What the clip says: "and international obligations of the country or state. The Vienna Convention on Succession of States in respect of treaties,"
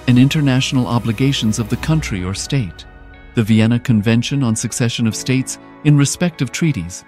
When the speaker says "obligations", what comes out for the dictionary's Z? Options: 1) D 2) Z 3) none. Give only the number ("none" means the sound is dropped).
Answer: 2